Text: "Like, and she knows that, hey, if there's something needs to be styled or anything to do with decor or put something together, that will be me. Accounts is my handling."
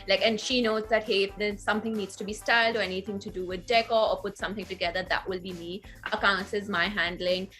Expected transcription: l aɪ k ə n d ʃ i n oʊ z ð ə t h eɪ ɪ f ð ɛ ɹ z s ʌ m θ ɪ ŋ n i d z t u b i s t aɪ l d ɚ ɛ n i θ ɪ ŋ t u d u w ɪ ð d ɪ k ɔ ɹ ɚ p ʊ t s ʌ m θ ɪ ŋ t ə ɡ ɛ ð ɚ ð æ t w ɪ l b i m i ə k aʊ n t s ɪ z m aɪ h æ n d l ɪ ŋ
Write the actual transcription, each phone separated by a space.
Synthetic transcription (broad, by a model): l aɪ k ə n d ʃ i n oʊ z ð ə t h eɪ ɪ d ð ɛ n s ʌ m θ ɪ ŋ n i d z t u b i s t aɪ l d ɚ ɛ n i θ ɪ ŋ t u d u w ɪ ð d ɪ k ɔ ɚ p ʊ t s ʌ m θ ɪ ŋ t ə ɡ ɛ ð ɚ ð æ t w ɪ l b i m i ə k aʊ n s ɪ z m aɪ h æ n d l ɪ ŋ